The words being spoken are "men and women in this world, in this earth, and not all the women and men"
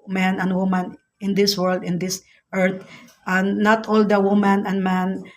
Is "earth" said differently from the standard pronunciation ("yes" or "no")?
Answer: yes